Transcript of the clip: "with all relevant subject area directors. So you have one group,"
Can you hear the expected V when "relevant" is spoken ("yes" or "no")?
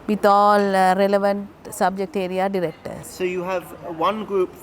yes